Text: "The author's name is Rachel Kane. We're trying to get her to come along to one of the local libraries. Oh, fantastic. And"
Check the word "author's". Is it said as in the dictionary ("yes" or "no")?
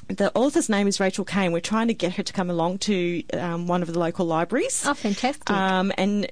yes